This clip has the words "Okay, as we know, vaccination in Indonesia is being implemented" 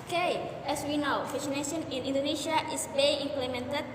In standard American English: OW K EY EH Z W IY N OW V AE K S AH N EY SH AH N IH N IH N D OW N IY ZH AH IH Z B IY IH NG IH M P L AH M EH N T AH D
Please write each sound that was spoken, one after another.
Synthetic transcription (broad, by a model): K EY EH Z W IY N OW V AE S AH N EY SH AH N IH N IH N D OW N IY SH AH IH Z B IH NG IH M P L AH M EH N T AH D